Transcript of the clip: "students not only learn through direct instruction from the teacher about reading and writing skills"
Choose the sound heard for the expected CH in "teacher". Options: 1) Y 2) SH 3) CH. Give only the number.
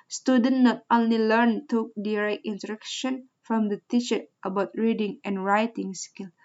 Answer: 2